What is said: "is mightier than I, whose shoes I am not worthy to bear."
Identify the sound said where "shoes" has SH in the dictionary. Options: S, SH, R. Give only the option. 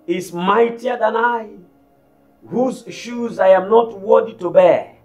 SH